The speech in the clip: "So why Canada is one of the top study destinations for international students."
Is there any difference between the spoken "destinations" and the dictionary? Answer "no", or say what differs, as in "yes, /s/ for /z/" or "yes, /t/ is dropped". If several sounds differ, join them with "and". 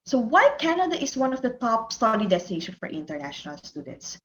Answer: yes, /z/ is dropped